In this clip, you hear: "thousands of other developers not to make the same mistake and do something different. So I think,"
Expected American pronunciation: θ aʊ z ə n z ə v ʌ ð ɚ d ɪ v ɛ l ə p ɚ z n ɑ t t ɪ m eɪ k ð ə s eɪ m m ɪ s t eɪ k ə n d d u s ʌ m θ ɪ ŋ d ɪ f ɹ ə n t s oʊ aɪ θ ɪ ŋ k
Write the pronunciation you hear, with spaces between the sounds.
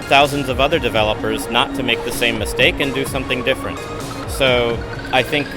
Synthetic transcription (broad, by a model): θ aʊ z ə n z ə v ʌ ð ɚ d ɪ v ɛ l ə p ɚ z n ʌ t t ɪ m eɪ k ð ə s eɪ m m ɪ s t eɪ k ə n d d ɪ s ʌ m θ ɪ ŋ d ɪ f ɹ ə n t s oʊ aɪ θ ɪ ŋ k